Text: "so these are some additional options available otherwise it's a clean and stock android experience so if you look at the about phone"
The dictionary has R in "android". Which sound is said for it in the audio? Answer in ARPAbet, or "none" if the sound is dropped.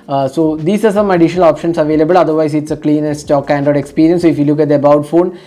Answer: none